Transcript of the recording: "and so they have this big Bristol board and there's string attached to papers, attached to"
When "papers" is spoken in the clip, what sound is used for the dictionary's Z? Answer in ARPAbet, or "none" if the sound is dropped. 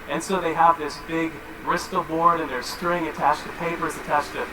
Z